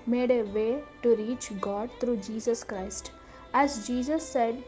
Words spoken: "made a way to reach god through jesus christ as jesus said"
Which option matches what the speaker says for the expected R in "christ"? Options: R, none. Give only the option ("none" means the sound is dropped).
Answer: R